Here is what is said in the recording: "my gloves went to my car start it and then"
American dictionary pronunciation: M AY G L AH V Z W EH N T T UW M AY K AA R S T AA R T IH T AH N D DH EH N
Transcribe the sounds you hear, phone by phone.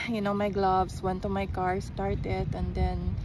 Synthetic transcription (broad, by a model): M AY G L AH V S W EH N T T UW M AY K AA R S T AA R T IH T AH N D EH N